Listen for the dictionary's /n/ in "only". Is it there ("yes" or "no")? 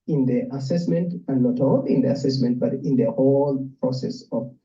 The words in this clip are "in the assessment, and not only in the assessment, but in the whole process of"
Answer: no